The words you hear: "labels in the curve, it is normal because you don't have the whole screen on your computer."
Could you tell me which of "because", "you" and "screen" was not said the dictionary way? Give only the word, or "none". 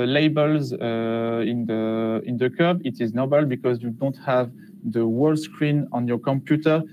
none